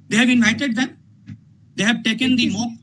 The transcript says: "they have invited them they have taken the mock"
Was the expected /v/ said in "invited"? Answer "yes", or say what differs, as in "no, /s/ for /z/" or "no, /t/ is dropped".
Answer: no, /v/ is dropped